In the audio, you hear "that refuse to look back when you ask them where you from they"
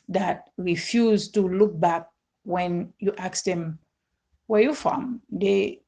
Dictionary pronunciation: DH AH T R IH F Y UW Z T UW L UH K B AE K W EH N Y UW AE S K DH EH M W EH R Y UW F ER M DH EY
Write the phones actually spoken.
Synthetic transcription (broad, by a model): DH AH T R IH F Y UW Z T UW L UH K B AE K W EH N Y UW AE K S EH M W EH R Y UW F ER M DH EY